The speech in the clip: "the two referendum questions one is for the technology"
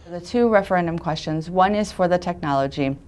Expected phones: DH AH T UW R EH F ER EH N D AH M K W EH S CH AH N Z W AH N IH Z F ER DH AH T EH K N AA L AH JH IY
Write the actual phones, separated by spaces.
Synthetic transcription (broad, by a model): DH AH T UW R EH F ER EH N D AH M K W EH S CH AH N Z W AH N IH Z F ER DH AH T EH K N AA L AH JH IY